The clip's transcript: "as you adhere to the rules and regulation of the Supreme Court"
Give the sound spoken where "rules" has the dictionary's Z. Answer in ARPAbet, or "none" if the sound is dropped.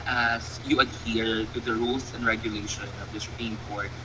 S